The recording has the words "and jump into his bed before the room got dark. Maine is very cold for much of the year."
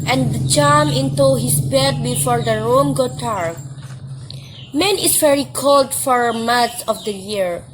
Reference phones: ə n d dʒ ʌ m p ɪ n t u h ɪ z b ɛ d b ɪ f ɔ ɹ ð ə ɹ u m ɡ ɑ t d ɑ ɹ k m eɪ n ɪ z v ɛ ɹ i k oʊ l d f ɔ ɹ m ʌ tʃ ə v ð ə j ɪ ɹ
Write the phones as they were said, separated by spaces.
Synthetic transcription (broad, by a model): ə n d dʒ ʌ m ɪ n t u h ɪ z b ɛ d b ɪ f ɔ ɹ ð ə ɹ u m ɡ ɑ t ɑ ɹ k m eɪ n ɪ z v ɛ ɹ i k oʊ l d f ɔ ɹ m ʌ s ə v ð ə j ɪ ɹ